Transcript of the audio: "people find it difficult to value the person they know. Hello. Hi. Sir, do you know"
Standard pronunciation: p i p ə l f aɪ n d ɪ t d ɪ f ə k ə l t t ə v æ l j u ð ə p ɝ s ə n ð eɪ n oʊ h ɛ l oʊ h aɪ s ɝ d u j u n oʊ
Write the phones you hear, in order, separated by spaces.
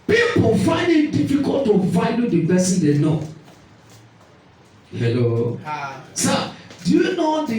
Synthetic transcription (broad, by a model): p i p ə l f aɪ n d ɪ t d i f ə k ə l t t ə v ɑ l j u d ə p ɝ s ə n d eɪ n oʊ h ɛ l oʊ s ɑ d u j u n oʊ